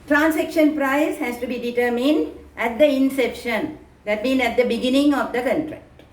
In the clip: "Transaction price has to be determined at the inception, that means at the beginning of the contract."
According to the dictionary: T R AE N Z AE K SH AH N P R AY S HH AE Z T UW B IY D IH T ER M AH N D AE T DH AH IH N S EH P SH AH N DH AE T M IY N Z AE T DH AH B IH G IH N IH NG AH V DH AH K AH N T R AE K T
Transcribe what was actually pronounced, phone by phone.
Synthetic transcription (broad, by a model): T R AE N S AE K SH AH N P R AY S HH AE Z T UW B IY D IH T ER M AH N D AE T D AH IH N S EH P SH AH N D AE T M IY N AE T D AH B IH G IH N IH NG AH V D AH K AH N T R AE K T